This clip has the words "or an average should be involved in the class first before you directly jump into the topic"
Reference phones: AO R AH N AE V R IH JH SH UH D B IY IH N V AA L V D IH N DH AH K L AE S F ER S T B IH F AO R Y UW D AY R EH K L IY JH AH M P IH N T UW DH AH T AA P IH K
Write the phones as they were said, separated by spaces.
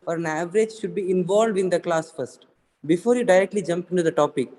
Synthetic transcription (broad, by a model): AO R AH N AE V R IH JH SH UH D B IY IH N V AA L V D IH N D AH K L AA S F ER S T B IH F AO R Y UW D AY R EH K L IY JH AH M P IH N T UW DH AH T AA P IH K